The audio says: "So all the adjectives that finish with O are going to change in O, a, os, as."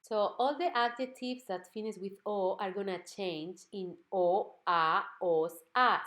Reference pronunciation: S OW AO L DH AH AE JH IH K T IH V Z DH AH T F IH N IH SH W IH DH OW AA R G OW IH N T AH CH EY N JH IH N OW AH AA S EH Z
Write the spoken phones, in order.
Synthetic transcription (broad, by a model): S OW AO L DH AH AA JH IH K T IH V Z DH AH T F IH N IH S W IH DH OW AA R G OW N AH CH EY N JH IH N OW AH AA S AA